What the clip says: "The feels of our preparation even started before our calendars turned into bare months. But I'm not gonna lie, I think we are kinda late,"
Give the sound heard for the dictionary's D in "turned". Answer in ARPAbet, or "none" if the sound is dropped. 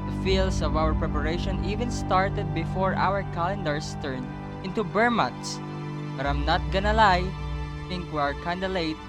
none